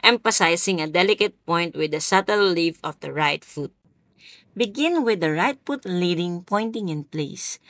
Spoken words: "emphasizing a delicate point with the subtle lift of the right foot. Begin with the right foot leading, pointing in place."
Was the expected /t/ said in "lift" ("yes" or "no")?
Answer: no